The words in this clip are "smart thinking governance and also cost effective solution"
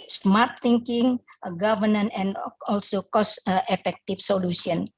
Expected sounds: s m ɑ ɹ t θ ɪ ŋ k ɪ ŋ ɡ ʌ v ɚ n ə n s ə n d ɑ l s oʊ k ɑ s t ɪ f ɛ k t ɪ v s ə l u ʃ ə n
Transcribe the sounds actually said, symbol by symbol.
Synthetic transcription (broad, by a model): s m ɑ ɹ t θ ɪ ŋ k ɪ ŋ ɡ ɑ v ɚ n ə n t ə n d ɑ l s oʊ k ɑ s t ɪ f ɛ k t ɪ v s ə l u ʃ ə n